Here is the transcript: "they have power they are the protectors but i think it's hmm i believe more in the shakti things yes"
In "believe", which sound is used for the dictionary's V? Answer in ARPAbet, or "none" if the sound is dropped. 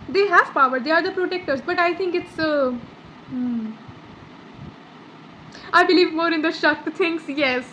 V